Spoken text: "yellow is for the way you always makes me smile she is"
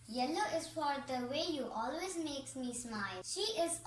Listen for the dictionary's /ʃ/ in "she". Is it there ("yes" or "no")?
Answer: yes